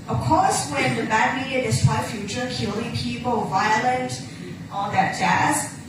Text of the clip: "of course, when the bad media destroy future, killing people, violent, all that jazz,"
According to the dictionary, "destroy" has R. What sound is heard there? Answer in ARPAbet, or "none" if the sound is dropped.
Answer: W